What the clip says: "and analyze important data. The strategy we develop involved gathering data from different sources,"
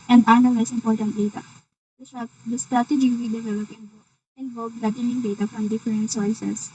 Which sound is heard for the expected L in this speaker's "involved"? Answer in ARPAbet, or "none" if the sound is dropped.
N